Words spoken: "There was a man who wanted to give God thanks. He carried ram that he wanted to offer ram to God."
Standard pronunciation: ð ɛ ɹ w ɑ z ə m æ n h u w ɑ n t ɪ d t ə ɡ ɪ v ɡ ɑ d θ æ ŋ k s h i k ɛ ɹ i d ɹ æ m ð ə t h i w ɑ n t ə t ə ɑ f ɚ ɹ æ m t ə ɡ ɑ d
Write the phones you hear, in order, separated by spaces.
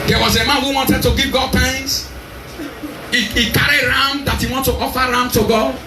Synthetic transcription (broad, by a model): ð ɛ w ɑ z ə m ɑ n h u w ɑ n t ɪ d t ə ɡ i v ɡ ɑ d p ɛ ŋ s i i k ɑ ɹ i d ɹ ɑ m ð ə t h i w ɑ n t ə t ɑ f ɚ ɹ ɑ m t ə ɡ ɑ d